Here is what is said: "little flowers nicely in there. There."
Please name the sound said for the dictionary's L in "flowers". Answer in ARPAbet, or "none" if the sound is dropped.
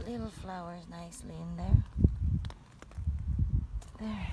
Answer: L